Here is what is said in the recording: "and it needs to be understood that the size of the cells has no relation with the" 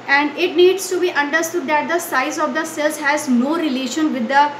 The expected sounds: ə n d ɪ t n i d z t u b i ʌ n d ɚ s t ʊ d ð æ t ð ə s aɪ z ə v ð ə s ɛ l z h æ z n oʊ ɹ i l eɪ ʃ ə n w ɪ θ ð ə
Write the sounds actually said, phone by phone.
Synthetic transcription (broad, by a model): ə n d ɪ t n i d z t u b i ʌ n d ɚ s t ʊ d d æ t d ə s aɪ z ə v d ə s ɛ l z h æ z n oʊ ɹ i l eɪ ʃ ə n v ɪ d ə